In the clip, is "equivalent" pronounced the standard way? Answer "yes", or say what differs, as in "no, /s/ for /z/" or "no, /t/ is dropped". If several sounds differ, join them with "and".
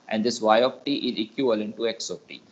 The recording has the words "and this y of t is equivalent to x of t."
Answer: no, /v/ is dropped